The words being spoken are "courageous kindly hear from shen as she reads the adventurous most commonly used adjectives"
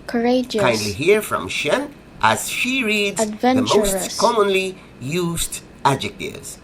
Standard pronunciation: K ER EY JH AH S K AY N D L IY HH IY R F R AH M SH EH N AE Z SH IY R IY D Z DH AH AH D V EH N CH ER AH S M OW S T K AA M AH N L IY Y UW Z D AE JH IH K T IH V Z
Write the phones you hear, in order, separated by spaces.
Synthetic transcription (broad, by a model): K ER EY JH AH K AY N D L IY HH IY R F R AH M SH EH N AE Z SH IY R IY D Z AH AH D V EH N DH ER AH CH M OW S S K AA M AH N L IY Y UW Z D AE JH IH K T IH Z